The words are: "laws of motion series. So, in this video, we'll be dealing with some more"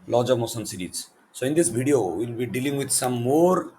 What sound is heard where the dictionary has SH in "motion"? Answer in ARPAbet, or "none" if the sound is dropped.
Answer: S